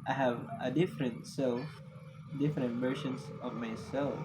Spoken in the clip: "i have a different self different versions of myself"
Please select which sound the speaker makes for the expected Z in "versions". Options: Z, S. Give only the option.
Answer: S